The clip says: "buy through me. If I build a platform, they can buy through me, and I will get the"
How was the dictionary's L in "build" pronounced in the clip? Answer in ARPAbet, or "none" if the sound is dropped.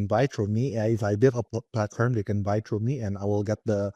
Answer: none